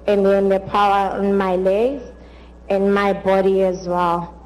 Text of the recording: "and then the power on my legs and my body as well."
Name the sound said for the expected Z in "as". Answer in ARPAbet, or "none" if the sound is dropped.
Z